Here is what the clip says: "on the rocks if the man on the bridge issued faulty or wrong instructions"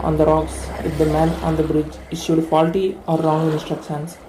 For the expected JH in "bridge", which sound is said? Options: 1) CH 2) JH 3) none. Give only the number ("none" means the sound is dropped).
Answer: 2